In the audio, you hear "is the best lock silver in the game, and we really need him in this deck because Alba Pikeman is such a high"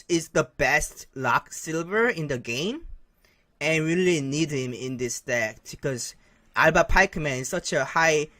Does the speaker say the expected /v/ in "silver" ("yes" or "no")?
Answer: yes